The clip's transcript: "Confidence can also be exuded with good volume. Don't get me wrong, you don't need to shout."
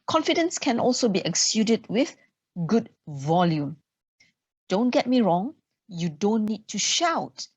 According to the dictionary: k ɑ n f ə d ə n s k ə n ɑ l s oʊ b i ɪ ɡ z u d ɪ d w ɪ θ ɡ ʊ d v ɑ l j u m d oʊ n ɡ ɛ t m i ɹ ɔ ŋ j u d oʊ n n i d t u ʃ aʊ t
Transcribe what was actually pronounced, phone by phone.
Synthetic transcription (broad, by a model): k ɑ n f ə d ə n s k ə n ɑ l s oʊ b i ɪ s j u d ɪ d w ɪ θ ɡ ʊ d v ɑ l j u m d oʊ n ɡ ɛ t m i ɹ ɔ ŋ j u d oʊ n n i d t u ʃ aʊ t